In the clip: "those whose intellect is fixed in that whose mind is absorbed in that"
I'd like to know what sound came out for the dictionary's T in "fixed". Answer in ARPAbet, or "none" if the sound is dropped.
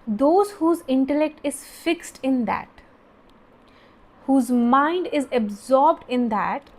T